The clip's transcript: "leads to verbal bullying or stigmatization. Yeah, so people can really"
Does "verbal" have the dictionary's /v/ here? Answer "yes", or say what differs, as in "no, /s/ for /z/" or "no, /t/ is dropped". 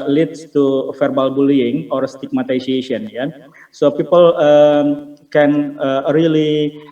no, /f/ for /v/